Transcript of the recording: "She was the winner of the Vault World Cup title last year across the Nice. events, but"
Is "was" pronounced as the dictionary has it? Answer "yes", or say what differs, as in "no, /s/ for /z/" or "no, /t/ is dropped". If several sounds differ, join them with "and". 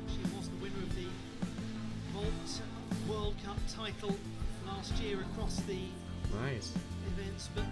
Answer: yes